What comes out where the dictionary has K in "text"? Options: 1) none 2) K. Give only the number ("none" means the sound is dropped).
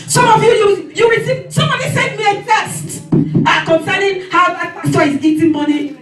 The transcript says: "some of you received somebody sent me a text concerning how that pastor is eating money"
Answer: 1